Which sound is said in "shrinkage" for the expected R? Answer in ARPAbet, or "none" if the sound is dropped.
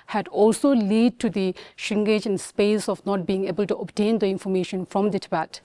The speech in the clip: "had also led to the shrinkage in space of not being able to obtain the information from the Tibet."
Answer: none